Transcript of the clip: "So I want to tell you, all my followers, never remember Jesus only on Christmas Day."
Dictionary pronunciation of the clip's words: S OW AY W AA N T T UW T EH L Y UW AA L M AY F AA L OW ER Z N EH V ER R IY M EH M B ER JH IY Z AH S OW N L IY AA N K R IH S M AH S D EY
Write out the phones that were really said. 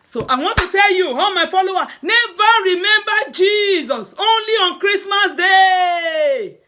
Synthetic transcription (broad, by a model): S OW AY W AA N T T UW T EH L Y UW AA M AY F AA L OW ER N EH V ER R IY M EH M B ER JH IY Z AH S OW N L IY AA N K R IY S M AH S D EY